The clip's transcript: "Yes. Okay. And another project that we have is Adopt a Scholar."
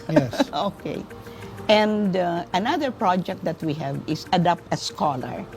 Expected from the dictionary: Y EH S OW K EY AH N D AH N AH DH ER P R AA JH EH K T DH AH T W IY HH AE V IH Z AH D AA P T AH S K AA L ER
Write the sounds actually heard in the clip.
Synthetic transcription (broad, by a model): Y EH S OW K EY AH N D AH N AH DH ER P R AA JH EH K T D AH T W IY HH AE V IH S AH D AA P T AH S K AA L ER